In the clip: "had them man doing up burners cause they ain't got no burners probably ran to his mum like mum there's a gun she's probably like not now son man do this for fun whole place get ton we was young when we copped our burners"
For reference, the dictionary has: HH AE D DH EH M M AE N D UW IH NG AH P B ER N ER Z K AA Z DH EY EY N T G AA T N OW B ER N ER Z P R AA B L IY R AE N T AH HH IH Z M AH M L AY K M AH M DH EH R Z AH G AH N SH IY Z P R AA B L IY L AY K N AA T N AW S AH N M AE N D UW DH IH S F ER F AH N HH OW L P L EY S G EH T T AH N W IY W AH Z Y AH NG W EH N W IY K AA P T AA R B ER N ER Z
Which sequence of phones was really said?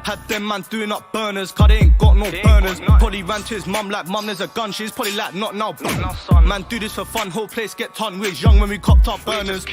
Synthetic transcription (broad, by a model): HH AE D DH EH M M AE N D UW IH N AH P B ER N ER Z K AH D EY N G AA T N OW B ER N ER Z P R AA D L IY R AE N T AH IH Z M AH M L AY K M AH M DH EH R Z AH G AH N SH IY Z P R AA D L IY L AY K N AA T N AW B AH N M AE N D UW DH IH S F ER F AH N HH OW L P L EY S G EH T S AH N W IY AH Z Y AH NG W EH N W IY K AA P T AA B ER N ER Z